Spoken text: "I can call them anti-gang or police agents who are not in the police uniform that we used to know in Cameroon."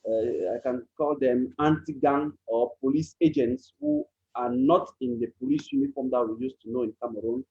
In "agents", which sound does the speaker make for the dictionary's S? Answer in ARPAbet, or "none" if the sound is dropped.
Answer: S